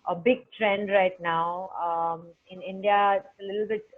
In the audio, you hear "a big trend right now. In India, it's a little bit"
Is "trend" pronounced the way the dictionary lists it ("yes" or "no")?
yes